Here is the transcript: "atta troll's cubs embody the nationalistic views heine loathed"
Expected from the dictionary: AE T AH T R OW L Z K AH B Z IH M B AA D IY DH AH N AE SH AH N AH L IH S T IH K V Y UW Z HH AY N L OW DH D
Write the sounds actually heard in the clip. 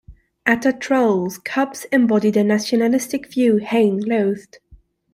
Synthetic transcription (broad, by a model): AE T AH T R OW L Z K AH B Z IH M B AA D IY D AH N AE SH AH N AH L IH S T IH K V Y UW HH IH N L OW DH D